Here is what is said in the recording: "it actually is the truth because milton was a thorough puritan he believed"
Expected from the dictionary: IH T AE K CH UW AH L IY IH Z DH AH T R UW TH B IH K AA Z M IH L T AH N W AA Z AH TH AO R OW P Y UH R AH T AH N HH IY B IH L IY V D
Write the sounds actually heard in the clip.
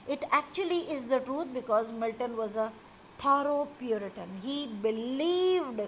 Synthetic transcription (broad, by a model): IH T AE K CH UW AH L IY IH Z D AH T R UW T B IH K AA Z M IH L T AH N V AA Z AH T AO R OW P Y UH R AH T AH N HH IY B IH L IY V D